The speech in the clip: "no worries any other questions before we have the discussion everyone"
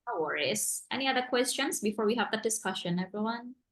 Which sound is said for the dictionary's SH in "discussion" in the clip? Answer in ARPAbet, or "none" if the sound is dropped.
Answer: SH